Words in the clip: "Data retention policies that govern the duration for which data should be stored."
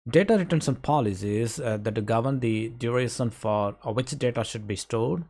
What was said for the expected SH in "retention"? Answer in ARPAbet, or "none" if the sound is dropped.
S